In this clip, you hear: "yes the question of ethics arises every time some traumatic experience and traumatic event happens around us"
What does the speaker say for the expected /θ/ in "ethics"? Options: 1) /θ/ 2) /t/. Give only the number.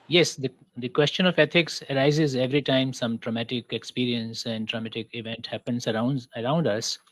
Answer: 2